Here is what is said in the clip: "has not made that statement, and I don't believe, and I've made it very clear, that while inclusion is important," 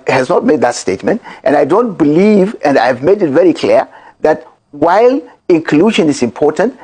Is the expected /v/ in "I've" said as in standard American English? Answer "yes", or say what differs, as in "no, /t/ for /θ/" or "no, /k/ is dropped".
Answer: yes